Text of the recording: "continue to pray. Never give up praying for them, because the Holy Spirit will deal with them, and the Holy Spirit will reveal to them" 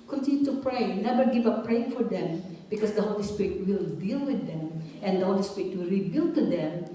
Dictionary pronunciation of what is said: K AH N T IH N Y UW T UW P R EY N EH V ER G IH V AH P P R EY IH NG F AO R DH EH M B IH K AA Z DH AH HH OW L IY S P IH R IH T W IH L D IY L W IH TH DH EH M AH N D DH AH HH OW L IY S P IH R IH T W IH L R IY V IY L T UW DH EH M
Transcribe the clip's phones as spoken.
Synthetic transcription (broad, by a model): K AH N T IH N Y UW T UW P R EY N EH B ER G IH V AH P P R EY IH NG F AO R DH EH M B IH K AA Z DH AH HH OW L IY S P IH R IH T W IH L D IY L W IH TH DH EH M AH N D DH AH HH OW L IY S P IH R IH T W IH L R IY B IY L T UW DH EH M